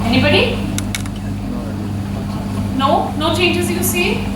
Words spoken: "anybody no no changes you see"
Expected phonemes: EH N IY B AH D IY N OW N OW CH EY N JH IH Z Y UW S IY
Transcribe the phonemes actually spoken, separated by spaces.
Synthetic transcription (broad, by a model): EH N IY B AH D IY N OW N OW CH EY JH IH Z Y UW S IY